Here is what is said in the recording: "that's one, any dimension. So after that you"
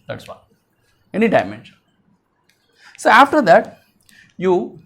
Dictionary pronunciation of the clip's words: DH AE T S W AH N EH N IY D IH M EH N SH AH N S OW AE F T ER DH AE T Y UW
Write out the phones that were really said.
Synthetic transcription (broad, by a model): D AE T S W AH EH N IY D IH M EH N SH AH N S OW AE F T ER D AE T Y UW